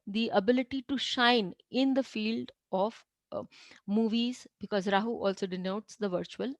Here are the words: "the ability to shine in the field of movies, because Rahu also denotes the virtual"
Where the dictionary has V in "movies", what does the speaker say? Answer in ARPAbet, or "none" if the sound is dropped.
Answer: V